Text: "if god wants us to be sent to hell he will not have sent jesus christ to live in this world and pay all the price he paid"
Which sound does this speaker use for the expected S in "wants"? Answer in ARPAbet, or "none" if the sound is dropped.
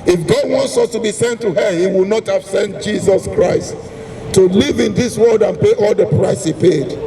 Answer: S